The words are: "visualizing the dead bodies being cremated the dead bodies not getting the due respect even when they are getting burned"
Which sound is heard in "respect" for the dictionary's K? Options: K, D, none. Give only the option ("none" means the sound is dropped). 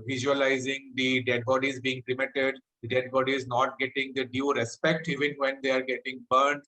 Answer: K